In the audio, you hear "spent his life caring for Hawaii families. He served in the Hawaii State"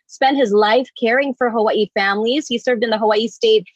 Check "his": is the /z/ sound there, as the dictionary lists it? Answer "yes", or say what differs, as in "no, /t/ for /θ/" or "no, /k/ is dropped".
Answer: yes